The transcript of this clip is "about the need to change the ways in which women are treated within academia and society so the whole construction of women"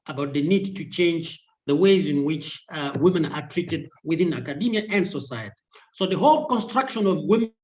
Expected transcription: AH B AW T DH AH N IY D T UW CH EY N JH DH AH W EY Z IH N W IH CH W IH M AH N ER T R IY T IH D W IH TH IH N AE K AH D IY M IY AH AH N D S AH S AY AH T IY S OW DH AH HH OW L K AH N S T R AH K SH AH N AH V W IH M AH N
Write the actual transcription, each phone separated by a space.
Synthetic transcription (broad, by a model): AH B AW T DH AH N IY D T UW CH EY N JH DH AH W EY Z IH N W IH CH W IH M AH N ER T R IY T IH D W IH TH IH N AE K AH D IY M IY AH AH N D S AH S AY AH T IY S OW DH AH HH OW L K AH N S T R AH K SH AH N AH V W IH M